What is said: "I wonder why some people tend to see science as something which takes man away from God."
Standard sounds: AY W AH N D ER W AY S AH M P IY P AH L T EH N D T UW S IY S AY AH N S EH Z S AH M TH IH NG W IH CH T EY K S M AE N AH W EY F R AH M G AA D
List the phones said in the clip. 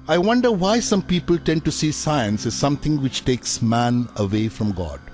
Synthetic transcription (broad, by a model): AY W AH N D ER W AY S AH M P IY P AH L T EH N D T UW S IY S AY AH N S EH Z S AH M T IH NG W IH CH T EY K S M AE N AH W EY F R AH M G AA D